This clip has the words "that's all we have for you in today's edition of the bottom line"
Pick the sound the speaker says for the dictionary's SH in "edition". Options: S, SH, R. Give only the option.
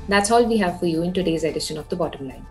SH